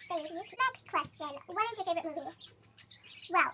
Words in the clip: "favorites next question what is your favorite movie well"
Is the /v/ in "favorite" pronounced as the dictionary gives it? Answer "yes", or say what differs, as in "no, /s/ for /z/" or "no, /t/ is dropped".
no, /v/ is dropped